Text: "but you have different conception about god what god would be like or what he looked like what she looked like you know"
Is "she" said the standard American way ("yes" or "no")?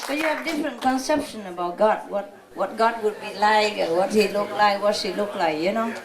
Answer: no